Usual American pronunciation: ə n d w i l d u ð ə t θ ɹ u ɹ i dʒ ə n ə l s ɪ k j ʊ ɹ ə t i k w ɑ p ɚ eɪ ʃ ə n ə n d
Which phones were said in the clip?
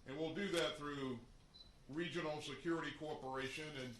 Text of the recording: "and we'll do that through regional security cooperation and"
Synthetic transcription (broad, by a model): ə n w i l d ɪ ð ə t θ ɹ u ɹ i dʒ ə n l s ɪ k j ʊ ɹ ə t i k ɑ p ɚ eɪ ʃ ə n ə n